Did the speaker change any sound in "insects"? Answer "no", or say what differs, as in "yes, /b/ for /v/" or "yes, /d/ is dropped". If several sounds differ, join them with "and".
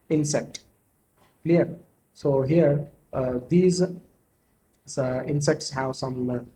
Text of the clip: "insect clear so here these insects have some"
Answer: no